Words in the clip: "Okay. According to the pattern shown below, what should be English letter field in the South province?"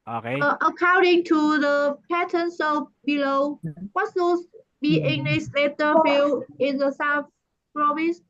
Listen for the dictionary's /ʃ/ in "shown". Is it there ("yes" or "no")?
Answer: no